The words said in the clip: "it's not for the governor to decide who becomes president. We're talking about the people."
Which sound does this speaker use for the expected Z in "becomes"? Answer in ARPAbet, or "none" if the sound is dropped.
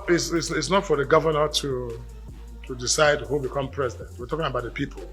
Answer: none